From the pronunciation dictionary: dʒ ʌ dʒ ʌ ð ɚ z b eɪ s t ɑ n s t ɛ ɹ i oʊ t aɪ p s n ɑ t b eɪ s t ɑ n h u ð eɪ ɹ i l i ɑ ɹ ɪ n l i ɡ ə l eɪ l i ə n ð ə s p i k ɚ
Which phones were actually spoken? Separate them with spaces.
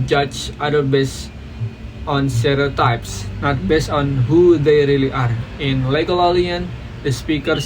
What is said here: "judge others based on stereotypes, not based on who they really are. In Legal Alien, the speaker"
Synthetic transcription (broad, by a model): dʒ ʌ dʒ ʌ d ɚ b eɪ s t ɑ n s t ɛ ɹ i oʊ t aɪ p s n ɑ t b eɪ s t ɑ n h u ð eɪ ɹ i l i ɑ ɹ ɪ n l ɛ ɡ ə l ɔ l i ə n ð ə s p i k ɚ